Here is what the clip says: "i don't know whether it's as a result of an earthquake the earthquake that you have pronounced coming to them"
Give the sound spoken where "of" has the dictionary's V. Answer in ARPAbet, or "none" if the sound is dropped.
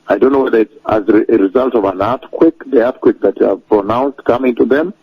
V